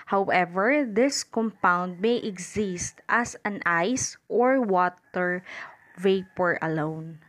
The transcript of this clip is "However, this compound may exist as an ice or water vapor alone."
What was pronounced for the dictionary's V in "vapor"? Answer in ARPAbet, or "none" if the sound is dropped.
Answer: V